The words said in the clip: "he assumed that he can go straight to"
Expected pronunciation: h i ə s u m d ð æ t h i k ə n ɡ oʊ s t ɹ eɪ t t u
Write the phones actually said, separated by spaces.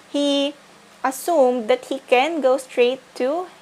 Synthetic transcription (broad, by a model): h i ə s u m d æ t h i k ə n ɡ oʊ s t ɹ eɪ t t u